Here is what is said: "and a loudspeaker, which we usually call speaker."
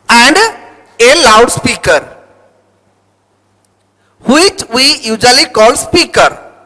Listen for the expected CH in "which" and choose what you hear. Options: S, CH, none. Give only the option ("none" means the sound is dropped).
CH